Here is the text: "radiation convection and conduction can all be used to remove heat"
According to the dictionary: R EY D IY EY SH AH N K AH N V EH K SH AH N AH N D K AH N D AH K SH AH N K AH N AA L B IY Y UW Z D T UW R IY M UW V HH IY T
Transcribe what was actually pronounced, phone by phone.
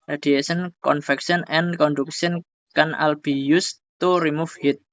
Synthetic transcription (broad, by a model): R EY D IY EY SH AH N K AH N F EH K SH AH N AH N K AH N D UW K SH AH N K AH N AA L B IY Y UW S T UW R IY M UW F HH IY T